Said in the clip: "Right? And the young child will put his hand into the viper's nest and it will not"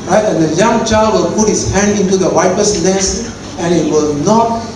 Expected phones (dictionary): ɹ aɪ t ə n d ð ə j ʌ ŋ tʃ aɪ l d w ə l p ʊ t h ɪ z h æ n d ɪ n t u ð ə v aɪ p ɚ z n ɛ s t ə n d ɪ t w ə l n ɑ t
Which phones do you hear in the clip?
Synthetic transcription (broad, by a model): ɹ aɪ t ə n d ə j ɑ ŋ tʃ aɪ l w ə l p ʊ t h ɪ s h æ n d ɪ n t u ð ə w aɪ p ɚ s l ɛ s ə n ɪ t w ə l n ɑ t